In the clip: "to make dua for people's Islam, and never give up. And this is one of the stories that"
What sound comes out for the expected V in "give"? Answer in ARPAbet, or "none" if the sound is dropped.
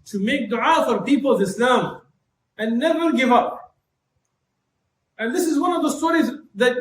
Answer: V